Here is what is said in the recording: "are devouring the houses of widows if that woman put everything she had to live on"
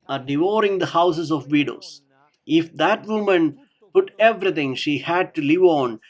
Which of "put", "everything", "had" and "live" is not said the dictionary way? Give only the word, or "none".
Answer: everything